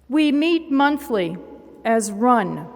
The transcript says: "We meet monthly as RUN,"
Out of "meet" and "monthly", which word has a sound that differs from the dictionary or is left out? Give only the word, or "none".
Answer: none